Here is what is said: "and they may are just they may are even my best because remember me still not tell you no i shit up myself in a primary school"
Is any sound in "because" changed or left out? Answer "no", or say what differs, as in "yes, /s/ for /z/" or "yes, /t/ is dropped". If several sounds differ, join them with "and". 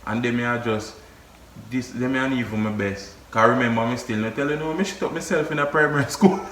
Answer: yes, /z/ is dropped